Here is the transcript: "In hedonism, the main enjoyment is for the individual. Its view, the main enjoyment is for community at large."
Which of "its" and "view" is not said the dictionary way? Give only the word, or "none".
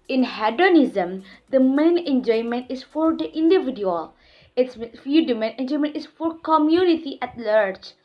view